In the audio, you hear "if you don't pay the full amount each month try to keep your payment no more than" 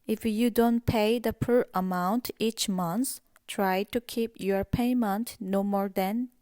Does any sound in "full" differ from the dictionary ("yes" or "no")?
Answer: yes